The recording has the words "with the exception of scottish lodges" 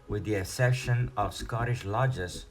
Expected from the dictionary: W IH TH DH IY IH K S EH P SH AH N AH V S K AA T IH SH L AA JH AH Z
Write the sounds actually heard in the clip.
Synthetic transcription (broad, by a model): W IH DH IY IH S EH SH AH N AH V S K AA T IH SH L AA JH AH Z